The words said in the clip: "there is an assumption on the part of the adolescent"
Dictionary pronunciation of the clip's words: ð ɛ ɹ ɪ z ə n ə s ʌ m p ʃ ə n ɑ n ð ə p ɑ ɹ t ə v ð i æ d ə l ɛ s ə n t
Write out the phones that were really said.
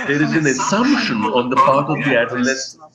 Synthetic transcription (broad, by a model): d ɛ ɹ ɪ z ə n ə s ʌ m p ʃ ə n ɑ n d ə p ɑ ɹ t ə v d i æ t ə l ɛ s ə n